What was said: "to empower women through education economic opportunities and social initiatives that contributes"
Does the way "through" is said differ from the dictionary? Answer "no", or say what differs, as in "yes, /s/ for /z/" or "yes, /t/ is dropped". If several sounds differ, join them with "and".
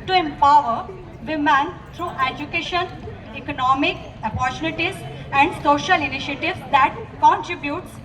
yes, /t/ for /θ/